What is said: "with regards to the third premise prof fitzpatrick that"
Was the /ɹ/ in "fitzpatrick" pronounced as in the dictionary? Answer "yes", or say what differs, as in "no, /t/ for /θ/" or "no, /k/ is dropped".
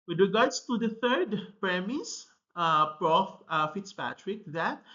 yes